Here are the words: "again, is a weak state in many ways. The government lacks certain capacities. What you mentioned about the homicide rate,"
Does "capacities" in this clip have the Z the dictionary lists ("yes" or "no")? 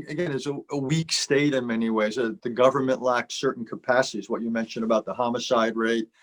yes